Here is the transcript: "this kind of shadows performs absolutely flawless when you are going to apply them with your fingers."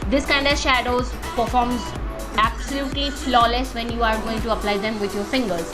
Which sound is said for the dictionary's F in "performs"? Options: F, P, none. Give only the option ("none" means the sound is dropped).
F